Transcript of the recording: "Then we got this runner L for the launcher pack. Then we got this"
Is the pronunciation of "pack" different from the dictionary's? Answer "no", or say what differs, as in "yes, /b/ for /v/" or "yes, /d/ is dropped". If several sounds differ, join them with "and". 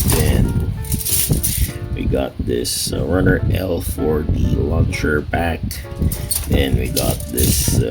yes, /b/ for /p/